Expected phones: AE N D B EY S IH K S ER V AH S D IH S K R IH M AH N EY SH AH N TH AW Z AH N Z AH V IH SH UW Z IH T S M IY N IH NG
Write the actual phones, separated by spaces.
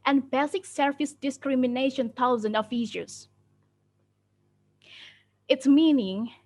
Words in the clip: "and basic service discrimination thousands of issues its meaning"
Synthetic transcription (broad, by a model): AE N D B EY S IH K S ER F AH S D IH S K R IH M AH N EY SH AH N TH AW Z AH N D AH F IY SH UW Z IH T S M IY N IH NG